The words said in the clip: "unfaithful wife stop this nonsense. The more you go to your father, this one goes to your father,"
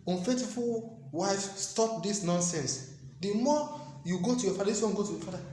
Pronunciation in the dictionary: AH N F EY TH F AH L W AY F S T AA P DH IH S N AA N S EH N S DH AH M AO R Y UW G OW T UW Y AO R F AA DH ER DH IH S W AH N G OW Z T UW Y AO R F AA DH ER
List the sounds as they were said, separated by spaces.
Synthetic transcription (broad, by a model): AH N F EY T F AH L W AY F S T AA P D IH S N AA N S EH N S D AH M AO Y UW G OW T UW Y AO F AA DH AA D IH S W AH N G OW T UW Y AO F AA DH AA